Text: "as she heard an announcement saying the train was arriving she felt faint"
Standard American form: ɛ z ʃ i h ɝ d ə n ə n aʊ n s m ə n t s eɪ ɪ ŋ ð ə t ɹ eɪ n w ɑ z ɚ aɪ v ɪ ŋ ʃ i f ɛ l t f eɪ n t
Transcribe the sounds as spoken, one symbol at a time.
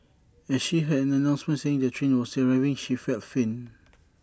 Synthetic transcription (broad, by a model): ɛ ʃ i h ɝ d ə n ə n aʊ n s m ə n t s eɪ ɪ ŋ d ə t ɹ eɪ n w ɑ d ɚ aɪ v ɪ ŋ ʃ i f ɛ l t f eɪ n